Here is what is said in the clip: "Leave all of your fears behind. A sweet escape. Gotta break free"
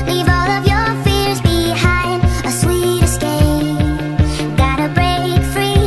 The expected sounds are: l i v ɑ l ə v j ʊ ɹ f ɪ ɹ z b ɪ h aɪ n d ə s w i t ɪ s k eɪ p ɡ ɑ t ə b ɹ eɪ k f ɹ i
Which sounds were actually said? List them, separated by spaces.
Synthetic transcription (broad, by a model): l i v ɑ l ə v j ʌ ɹ f ɪ ɹ z b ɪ h aɪ n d ə s w i t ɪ s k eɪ ɡ ɑ t ə b ɹ eɪ k f ɹ i